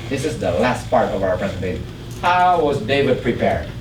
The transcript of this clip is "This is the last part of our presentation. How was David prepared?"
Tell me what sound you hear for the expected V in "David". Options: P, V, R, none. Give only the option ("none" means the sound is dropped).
V